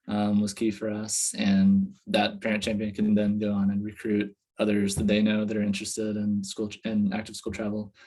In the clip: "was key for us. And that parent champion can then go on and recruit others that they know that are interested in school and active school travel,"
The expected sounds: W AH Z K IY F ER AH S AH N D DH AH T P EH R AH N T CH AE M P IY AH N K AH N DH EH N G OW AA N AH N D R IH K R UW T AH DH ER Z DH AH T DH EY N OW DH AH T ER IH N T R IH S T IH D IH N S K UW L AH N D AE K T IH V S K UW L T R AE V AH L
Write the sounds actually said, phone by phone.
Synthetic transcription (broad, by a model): W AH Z K IY F ER AH S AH N DH AH T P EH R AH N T CH AE M P IY AH N K AH N DH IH N G OW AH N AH N R IH K R UW T AH DH ER Z DH AH T DH EY N OW DH AH T ER IH N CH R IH S T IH D IH N S K UW L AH N AE K T IH V S K UW L T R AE V L